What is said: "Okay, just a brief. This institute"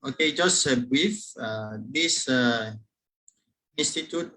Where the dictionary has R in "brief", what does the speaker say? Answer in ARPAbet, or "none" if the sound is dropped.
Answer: none